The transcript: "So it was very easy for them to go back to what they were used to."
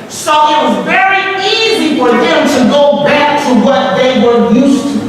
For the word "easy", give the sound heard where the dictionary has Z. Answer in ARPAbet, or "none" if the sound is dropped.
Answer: Z